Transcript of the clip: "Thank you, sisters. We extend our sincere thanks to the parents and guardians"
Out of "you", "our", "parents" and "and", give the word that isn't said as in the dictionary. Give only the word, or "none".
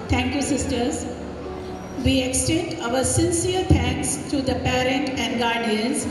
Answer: parents